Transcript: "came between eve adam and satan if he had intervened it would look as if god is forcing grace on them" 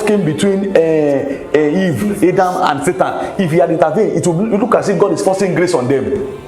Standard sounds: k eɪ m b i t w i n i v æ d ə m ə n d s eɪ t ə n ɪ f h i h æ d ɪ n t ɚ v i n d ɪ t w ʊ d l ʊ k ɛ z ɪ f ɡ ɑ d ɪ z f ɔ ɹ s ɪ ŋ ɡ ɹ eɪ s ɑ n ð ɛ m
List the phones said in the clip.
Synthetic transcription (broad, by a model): k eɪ m b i t w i n i v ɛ d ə m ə n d s eɪ t ə n ɪ f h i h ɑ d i n t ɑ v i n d ɪ t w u l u k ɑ s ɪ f ɡ ɑ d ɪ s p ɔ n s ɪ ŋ ɡ ɹ eɪ s ɑ n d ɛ m